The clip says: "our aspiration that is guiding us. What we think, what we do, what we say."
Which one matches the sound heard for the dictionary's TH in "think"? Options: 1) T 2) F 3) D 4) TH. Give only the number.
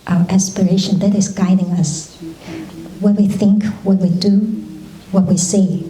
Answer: 4